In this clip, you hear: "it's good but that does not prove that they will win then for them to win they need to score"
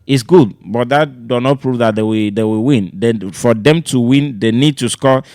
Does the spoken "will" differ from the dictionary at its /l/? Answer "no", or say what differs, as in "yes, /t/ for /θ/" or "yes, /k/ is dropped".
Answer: yes, /w/ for /l/